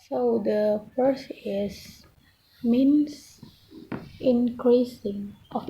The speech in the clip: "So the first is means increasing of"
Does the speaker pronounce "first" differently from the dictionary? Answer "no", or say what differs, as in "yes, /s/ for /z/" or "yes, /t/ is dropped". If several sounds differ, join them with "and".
yes, /t/ is dropped